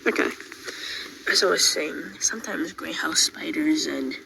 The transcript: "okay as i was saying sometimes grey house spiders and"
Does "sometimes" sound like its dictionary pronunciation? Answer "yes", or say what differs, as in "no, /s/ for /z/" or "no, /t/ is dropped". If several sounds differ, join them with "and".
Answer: yes